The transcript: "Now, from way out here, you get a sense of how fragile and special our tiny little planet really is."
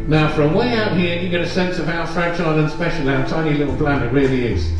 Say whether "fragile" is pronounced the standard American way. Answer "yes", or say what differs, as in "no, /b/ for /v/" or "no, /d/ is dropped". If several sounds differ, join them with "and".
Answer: no, /tʃ/ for /dʒ/